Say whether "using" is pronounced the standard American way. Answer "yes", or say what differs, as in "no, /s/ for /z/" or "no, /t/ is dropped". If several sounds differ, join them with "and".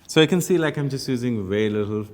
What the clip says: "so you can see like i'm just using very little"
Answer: yes